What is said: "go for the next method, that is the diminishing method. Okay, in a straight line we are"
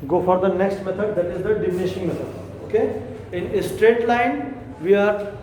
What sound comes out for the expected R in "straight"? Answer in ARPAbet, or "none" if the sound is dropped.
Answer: R